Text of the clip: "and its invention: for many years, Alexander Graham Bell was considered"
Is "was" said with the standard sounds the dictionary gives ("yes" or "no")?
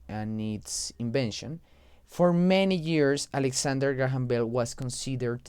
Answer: no